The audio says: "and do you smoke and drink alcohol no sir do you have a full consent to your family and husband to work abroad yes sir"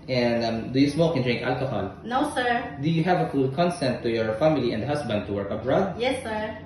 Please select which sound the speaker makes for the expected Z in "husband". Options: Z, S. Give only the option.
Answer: S